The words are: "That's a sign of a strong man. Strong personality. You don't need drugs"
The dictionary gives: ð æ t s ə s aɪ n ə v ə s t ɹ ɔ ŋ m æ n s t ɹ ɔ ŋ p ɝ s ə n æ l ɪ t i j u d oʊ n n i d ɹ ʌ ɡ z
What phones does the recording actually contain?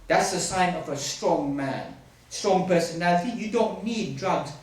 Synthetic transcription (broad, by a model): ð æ t s ə s aɪ n ə v ə s t ɹ ɔ ŋ m æ n s t ɹ ɔ ŋ p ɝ s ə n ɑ ɪ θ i j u d oʊ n n i d ɹ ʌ ɡ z